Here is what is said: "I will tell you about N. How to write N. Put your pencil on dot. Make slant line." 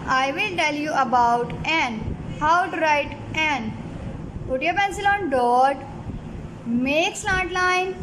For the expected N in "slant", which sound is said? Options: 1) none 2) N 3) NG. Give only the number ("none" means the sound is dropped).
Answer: 1